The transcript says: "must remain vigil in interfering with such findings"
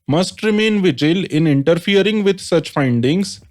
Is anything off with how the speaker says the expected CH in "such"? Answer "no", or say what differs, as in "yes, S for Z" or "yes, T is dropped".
no